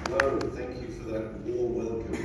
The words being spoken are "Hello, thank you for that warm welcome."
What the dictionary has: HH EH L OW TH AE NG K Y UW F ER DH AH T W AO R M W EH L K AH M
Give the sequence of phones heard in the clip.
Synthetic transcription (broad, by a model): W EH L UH TH AE NG K Y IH F ER DH AH T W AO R W EH L K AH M